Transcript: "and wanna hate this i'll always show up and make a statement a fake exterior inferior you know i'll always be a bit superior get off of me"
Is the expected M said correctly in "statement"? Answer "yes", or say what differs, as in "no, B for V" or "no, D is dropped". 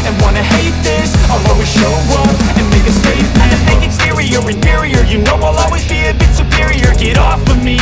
no, M is dropped